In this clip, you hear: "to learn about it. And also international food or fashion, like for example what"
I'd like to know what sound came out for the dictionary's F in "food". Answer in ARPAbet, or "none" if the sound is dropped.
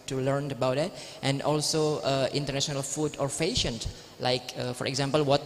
F